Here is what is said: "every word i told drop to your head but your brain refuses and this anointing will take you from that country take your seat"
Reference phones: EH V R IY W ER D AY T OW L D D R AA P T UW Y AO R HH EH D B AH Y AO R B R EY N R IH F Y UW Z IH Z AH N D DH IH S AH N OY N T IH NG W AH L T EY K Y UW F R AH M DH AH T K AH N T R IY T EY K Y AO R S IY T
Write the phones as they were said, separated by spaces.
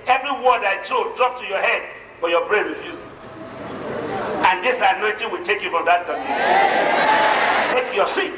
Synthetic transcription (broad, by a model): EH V R IY W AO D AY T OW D D R AA P T UW Y AO HH EH D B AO Y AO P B R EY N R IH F Y UW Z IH AH N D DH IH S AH N OY N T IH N W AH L T EY K Y UW F R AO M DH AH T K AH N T IY T EY K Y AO S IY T